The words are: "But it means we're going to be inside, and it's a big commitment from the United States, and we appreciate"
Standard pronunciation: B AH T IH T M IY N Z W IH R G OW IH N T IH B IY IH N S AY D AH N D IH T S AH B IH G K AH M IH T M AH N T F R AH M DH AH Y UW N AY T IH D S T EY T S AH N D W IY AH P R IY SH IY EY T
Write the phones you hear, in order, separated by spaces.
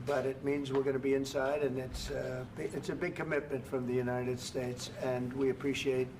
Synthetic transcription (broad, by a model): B AH T IH T M IY N Z W IH R G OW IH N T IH B IY IH N S AY D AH N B IH T S AH B IH G K AH M IH T M AH N T F R AH M DH AH Y UW N AY T IH D S T EY T S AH N W IY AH P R IY SH IY EY T